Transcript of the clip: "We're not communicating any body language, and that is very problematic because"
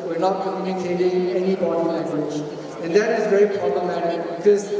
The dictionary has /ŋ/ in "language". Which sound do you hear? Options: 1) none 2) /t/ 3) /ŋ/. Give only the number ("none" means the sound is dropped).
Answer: 1